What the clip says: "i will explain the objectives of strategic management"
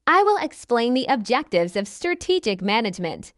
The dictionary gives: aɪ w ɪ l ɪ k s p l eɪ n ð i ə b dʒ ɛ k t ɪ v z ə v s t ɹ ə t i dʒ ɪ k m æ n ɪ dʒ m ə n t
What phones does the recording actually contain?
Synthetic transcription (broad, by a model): aɪ w ɪ l ɪ k s p l eɪ n ð i ə b dʒ ɛ k t ɪ v z ə v s t ɹ ə t i dʒ ɪ k m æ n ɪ dʒ m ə n t